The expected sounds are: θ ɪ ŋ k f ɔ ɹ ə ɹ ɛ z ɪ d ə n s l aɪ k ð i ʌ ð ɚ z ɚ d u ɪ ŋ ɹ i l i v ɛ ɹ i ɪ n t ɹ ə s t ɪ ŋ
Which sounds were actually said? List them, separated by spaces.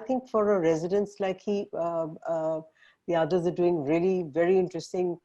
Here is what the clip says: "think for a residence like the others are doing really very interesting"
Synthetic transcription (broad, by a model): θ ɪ ŋ k f ɔ ɹ ə ɹ ɛ z ɪ d ə n s l aɪ k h i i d ɚ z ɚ d u ɪ ŋ ɹ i l i v ɛ ɹ i ɪ n t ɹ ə s t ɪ ŋ